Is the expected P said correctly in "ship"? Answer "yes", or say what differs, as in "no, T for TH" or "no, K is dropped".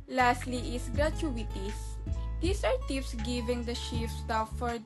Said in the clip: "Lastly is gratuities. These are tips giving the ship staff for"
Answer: no, F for P